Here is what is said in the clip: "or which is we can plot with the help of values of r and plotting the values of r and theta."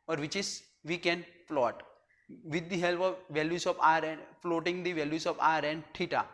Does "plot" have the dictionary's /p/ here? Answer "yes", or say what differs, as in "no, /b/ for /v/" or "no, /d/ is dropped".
no, /f/ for /p/